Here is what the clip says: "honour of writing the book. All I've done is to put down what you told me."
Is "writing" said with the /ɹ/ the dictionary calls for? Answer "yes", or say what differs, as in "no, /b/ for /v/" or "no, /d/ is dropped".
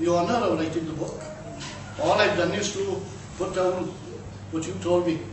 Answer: no, /l/ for /ɹ/